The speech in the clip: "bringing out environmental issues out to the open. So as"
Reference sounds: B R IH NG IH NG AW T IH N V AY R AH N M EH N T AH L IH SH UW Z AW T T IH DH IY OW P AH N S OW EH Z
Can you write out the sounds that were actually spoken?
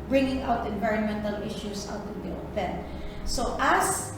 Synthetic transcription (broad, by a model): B R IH NG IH NG AW T IH N V AY R AH N M EH N T AH L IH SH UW S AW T T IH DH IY OW P AH N S OW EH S